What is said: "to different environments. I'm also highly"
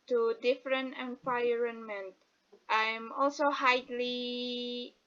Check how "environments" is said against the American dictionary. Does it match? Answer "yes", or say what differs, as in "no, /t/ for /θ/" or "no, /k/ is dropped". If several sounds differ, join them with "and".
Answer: no, /s/ is dropped